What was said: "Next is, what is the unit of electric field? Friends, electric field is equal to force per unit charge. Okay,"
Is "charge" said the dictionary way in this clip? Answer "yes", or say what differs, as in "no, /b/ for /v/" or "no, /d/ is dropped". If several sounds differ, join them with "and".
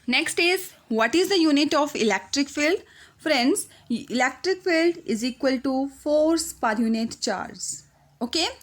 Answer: no, /z/ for /dʒ/